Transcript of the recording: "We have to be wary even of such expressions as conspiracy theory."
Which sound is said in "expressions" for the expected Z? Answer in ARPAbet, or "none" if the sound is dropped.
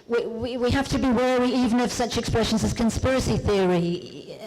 Z